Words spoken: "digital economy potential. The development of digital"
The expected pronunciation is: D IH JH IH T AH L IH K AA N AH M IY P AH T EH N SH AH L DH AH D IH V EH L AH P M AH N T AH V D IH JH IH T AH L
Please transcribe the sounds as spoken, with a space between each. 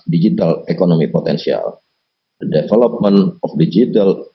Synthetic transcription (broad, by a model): D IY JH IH T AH L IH K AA N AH M IY P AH T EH N S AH L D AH D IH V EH L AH P M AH N AH F D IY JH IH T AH L